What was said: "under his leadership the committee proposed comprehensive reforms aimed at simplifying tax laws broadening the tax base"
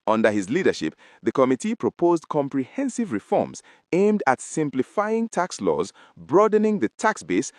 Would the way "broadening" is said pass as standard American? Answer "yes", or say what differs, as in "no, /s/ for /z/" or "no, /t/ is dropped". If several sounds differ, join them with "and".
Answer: yes